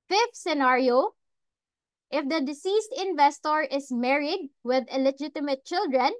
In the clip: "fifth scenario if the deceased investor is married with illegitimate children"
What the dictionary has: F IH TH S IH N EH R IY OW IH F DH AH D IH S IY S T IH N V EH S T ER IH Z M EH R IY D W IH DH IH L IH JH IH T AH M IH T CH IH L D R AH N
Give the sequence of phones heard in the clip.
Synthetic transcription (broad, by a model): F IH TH S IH N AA R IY OW IH F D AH D IH S IY S T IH N V EH S T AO IH S M EH R IY D W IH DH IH L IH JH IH T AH M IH T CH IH L D R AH N